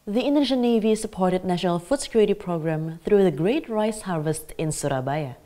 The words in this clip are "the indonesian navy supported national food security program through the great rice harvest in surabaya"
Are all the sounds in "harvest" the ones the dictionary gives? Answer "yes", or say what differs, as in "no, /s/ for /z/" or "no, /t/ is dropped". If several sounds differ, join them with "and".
yes